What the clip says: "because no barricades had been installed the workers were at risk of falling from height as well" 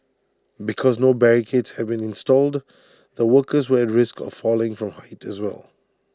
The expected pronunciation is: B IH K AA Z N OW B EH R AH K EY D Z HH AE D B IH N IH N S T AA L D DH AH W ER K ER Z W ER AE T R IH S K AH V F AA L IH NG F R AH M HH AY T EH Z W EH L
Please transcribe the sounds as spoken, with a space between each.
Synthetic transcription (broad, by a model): B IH K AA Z N OW B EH R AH K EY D S HH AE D B IH N IH N S T AA L D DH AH W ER K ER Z W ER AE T R IH S K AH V F AA L IH NG F R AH M HH AY T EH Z W EH L